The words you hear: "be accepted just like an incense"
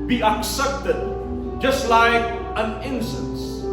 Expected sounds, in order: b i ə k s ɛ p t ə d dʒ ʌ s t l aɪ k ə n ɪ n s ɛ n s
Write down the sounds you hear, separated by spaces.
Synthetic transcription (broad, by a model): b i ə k s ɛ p t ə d dʒ ʌ s t l aɪ k ə n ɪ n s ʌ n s